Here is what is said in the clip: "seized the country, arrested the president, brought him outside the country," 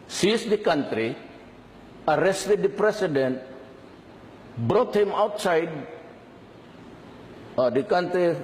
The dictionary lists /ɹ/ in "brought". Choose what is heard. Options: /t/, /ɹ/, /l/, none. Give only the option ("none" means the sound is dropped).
/ɹ/